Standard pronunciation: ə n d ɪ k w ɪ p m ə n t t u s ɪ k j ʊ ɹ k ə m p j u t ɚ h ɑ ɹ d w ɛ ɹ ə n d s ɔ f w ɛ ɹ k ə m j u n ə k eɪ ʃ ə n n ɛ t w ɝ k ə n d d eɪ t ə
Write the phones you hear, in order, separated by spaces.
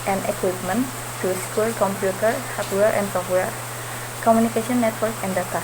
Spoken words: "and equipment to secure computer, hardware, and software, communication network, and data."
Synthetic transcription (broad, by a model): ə n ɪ k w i p m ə n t t u s k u l k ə m p j u t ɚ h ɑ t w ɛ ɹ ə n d s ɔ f w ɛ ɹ k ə m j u n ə k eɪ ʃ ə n n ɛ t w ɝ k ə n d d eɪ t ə